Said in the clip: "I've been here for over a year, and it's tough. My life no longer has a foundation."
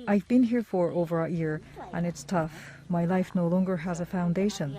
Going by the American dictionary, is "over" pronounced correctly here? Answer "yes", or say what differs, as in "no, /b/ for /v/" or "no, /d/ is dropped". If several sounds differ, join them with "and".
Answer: yes